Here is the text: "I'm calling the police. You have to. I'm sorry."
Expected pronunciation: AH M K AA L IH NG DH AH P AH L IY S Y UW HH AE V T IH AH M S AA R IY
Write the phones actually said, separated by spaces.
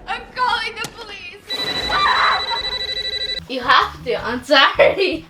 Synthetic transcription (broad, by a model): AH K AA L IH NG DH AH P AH L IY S Y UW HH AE F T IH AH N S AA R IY